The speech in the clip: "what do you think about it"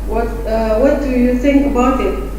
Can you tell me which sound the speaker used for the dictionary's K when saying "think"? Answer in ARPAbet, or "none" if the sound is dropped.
K